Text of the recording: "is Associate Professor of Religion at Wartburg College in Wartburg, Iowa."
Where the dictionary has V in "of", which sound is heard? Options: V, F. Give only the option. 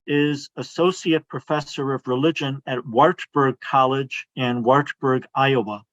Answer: V